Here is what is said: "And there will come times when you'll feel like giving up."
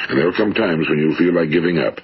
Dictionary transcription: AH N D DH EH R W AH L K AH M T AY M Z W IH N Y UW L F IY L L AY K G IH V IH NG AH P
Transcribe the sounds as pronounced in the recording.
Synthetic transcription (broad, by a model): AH N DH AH R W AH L K AH M T AY M Z W IH N Y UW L F IY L L AY K G IH V IH NG AH P